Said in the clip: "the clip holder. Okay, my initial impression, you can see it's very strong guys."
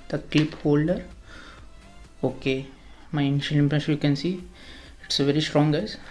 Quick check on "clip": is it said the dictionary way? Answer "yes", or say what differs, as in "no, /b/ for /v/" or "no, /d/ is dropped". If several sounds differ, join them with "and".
yes